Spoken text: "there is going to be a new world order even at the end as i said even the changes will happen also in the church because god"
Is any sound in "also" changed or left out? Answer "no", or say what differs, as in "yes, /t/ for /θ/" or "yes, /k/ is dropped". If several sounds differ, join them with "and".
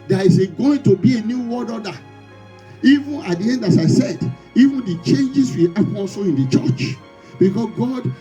yes, /l/ is dropped